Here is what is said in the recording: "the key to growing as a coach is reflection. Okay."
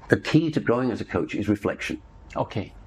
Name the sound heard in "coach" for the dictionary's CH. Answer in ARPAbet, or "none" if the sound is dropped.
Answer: CH